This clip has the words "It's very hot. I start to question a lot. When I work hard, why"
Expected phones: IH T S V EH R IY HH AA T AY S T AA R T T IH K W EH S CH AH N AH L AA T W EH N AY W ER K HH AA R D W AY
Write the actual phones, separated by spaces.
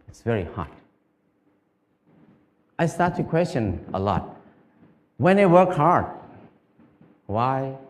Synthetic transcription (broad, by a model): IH T S V EH R IY HH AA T AY S T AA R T T IH K W EH S CH AH N AH L AA T W EH N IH W ER K HH AA R D W AY